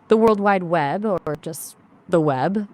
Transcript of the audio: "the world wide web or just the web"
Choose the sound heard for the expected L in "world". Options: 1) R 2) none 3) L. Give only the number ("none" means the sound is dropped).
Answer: 3